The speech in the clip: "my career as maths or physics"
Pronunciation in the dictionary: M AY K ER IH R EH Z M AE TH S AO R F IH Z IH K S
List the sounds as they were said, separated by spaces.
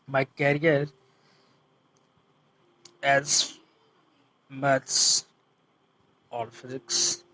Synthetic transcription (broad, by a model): M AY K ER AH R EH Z M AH T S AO L F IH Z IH K S